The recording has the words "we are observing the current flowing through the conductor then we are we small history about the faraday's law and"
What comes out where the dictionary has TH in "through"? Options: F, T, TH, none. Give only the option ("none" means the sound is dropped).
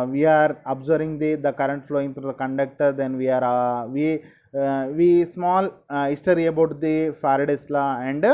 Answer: T